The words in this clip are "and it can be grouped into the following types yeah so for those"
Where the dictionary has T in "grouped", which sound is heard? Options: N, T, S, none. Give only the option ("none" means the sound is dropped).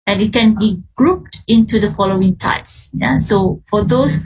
T